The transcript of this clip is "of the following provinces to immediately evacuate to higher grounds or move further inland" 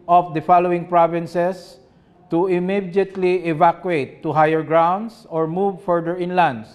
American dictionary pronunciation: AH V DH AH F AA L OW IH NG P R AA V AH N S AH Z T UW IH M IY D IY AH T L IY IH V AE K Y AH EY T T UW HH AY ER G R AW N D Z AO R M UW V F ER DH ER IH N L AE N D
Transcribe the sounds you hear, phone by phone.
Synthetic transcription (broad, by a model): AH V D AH F AA L OW IH NG P R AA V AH N S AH S T UW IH M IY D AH T L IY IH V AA K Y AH EY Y T UW HH AY ER G R AW N D S AO R M UW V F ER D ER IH N L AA N D